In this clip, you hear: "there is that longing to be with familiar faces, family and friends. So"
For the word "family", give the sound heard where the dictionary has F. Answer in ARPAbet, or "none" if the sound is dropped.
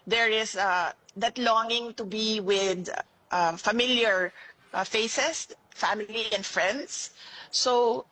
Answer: F